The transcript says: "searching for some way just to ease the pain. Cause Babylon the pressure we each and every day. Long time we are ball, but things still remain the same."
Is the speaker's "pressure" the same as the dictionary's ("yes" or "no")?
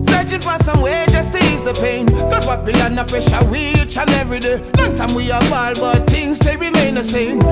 no